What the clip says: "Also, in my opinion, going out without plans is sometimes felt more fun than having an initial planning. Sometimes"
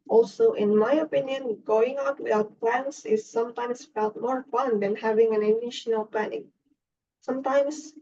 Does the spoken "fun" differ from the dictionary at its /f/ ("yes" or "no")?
no